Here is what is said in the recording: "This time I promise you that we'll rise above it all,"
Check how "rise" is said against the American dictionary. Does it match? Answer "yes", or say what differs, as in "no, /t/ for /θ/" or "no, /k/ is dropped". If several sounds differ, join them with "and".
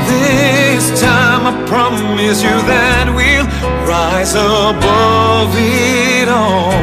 yes